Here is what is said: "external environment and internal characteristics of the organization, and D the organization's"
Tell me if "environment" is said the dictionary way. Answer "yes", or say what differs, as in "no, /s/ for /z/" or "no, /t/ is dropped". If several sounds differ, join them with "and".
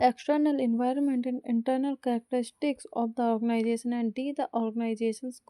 yes